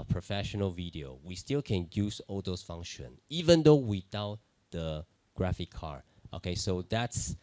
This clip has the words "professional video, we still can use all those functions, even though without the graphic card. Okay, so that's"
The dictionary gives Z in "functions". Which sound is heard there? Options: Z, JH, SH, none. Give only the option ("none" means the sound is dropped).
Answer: none